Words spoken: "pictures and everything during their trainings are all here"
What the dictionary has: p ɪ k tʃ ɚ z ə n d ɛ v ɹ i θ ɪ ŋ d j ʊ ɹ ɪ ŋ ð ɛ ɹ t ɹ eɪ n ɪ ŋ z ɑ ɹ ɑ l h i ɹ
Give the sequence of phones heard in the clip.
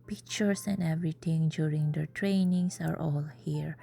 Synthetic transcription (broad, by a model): p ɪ k tʃ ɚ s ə n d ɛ v ɹ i t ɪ ŋ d j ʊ ɹ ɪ ŋ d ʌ t ɹ eɪ n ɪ ŋ s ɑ ɹ ɑ l h i ɹ